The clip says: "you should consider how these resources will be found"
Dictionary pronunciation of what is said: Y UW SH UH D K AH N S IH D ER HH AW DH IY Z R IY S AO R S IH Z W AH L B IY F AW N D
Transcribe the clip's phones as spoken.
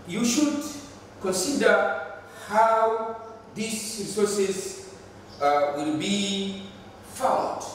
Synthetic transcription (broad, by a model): Y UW SH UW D K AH N S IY D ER HH AW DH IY S R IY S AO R S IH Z W AH L B IY F AW N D